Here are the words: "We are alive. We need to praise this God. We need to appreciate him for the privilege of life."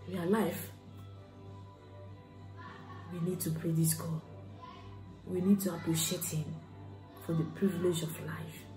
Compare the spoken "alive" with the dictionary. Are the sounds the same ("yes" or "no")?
no